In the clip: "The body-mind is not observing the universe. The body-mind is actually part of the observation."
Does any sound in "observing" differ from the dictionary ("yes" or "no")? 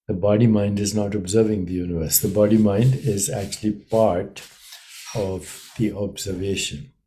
no